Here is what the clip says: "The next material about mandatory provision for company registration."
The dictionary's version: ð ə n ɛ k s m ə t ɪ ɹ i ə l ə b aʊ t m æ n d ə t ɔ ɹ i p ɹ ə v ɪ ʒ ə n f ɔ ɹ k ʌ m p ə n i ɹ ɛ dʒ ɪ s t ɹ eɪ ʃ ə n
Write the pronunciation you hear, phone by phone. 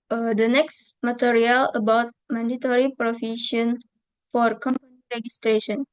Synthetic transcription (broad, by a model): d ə n ɛ k s m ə t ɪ ɹ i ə l ə b aʊ t m æ n d ə t ɔ ɹ i p ɹ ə f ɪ ʃ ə n f ɔ ɹ k ʌ m p ə n i ɹ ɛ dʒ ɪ s t ɹ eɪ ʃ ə n